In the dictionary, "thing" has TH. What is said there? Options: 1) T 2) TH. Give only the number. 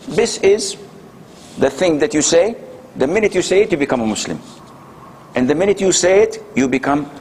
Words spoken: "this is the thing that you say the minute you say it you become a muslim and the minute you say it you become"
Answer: 2